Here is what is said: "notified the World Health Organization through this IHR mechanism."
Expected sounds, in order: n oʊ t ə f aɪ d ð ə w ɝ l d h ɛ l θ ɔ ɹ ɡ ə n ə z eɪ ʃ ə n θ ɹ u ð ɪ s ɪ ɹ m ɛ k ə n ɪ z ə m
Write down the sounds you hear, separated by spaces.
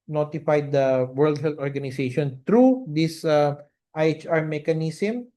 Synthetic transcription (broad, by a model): n oʊ t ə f aɪ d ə w ɝ l d h ɛ l t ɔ ɹ ɡ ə n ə s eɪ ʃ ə n t ɹ u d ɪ s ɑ ɹ m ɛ k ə n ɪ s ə m